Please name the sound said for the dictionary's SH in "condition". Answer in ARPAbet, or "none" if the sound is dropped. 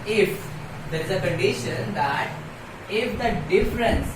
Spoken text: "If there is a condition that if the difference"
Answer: SH